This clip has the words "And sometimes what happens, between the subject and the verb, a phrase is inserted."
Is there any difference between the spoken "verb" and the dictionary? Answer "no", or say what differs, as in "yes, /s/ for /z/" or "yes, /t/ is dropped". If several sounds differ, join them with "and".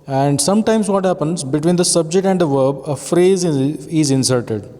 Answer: no